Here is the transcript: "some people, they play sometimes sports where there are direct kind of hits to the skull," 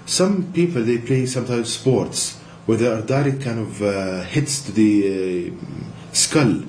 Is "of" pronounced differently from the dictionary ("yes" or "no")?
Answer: no